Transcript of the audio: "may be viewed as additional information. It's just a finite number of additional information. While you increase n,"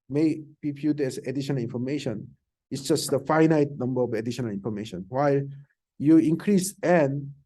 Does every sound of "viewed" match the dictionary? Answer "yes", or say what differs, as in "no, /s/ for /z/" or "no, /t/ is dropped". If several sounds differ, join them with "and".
no, /p/ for /v/